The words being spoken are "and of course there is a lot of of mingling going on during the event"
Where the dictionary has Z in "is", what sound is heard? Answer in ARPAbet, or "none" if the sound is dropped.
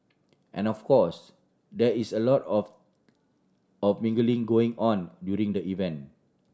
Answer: S